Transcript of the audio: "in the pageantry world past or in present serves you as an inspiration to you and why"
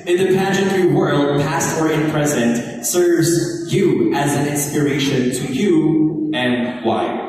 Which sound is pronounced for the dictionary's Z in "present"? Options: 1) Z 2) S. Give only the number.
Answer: 1